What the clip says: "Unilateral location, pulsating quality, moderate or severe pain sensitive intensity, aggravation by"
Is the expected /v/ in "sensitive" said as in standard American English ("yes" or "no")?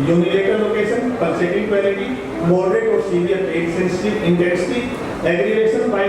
no